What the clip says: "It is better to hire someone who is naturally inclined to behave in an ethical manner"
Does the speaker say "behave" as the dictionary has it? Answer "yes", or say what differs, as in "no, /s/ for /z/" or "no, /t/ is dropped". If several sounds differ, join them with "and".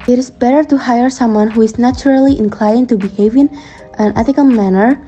yes